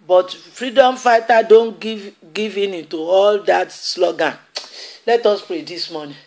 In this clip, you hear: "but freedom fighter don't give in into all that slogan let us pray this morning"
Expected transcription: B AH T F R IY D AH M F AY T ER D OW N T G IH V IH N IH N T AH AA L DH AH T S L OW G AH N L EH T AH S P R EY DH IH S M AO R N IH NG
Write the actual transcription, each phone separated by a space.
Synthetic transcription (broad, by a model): B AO T F R IY D AH M F AY T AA D OW N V G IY V IH N IH N T AH AA L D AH T S L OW G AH N L EH T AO S P R EY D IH S M AO N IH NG